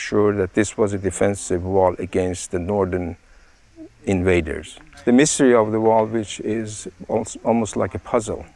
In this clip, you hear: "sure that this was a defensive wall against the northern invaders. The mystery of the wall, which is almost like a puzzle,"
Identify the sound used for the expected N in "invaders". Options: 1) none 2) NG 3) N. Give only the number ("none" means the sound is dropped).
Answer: 3